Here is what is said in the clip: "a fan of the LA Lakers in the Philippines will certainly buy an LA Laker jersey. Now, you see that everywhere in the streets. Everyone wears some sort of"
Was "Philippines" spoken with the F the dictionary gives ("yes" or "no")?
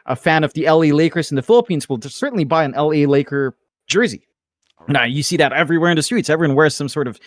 yes